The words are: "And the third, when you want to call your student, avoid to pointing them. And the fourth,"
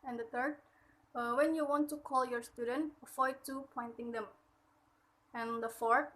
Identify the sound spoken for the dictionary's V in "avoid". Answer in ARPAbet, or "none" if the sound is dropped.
F